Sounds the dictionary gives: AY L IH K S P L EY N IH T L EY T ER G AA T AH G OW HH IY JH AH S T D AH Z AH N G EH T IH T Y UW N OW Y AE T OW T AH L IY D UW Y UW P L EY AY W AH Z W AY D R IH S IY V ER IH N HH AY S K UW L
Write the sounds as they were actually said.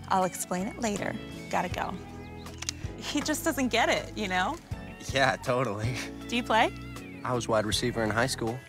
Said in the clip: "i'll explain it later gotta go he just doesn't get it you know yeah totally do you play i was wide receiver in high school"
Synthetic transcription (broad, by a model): AY L IH K S P L EY N IH T L EY T ER G AA T AH G OW HH IY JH AH S D AH Z AH N G EH T IH T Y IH N OW Y AE T OW T L IY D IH Y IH P L EY AY W AH Z W AY D R IH S IY V ER IH N HH AY S K UW L